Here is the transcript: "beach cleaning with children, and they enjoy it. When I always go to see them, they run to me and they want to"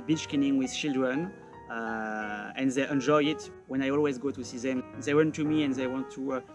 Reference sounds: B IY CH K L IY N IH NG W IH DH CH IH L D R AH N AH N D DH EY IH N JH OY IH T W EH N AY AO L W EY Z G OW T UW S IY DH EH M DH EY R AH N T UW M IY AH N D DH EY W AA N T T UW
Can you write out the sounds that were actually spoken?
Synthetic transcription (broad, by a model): B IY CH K IY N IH NG W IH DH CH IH L D R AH N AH N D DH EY IH N JH OY IH T W EH N AY AO L W EY Z G OW T UW S IY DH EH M DH EY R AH N T UW M IY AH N DH EY W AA N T T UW